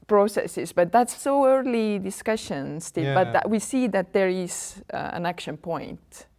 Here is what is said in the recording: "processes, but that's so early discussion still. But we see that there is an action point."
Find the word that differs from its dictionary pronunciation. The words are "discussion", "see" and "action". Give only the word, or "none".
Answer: none